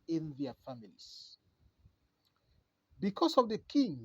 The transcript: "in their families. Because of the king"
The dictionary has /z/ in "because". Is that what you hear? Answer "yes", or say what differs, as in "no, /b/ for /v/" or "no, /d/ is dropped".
no, /s/ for /z/